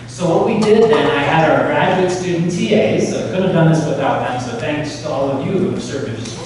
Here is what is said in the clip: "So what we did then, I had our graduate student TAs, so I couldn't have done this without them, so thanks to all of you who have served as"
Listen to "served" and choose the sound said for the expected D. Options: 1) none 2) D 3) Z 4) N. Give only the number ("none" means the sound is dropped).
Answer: 1